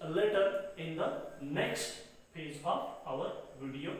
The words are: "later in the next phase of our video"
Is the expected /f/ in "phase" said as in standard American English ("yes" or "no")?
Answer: no